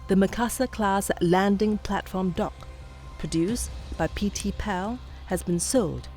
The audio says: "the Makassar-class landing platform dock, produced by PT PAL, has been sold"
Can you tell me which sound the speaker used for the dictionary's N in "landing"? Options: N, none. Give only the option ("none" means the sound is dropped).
N